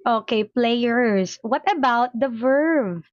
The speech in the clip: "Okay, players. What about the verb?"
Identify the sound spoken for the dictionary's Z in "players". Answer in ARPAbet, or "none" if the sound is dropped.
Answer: S